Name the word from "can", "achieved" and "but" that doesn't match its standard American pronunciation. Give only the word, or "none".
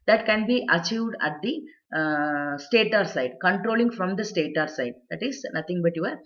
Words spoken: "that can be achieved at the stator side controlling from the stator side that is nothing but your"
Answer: none